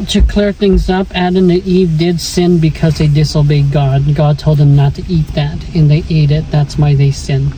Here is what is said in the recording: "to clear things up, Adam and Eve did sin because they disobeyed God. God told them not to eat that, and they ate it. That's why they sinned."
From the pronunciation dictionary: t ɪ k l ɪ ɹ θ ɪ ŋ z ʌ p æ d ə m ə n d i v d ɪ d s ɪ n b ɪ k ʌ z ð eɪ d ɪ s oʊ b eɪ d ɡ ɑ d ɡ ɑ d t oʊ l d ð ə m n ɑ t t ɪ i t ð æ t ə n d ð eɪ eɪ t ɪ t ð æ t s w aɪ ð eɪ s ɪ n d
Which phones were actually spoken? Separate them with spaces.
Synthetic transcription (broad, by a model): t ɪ k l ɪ ɹ θ ɪ ŋ z ʌ p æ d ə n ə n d i v d ɪ d s ɪ n b ɪ k ʌ z ð eɪ d ɪ s oʊ b eɪ d ɡ ɑ d ɡ ɑ d t oʊ l d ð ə m n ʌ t t ɪ i t ð æ t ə n ð eɪ eɪ t ɪ t ð æ t s w aɪ ð eɪ s ɪ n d